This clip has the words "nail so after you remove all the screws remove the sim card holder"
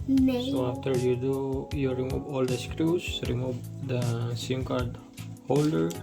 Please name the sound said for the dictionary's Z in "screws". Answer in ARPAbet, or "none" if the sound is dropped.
S